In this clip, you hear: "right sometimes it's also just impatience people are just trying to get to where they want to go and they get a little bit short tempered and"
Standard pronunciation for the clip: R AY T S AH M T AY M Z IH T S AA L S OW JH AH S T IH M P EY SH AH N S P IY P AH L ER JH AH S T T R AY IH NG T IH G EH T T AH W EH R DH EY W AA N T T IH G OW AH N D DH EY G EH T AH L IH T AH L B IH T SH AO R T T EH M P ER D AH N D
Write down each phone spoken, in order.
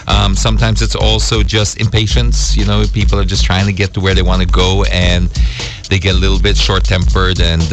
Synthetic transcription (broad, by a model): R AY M S AH M T AY M Z IH T S AA L S OW JH AH S T IH M P EY SH AH N S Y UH P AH L ER JH AH S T T R AY IH NG T IH G EH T T AH W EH R DH EY W AA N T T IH G OW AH N DH EY G EH T AH L IH T L B IH T SH AO R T T EH M P ER D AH N